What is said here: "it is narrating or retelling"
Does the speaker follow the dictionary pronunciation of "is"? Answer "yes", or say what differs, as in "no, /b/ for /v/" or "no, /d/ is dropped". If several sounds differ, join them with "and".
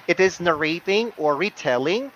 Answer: yes